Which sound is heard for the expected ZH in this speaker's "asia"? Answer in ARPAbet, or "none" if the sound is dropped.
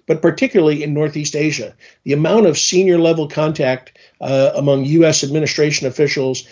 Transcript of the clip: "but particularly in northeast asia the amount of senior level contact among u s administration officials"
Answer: ZH